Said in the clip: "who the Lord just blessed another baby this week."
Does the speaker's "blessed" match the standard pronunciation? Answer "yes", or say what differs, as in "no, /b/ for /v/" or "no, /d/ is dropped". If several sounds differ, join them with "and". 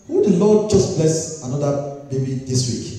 no, /t/ is dropped